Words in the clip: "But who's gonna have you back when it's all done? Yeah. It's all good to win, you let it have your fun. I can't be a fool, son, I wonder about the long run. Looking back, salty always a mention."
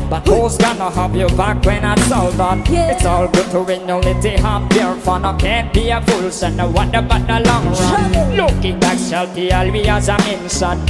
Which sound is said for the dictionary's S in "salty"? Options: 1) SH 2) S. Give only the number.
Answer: 1